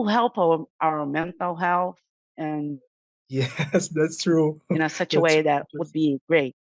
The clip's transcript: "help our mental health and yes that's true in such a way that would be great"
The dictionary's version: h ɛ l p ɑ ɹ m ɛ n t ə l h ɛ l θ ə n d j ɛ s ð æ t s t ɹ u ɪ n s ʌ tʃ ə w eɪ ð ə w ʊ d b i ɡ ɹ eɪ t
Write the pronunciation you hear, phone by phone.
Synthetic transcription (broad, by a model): h ɛ l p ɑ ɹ m ɛ n t l h ɛ l θ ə n j ɛ s ð æ t s t ɹ u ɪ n s ʌ tʃ ə w eɪ ð ə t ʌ d b i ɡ ɹ eɪ t